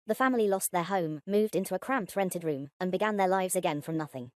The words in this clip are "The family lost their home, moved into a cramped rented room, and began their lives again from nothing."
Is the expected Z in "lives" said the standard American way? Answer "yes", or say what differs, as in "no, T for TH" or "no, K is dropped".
yes